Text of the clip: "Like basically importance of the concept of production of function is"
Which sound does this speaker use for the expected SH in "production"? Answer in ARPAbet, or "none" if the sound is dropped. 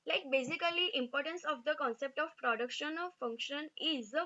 SH